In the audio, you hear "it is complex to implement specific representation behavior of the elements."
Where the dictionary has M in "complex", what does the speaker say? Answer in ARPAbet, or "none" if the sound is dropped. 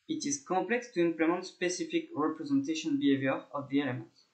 none